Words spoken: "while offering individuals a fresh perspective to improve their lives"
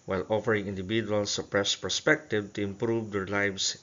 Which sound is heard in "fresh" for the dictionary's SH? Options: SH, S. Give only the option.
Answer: S